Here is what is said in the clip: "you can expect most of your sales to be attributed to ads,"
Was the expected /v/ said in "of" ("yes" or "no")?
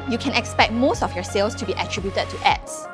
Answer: no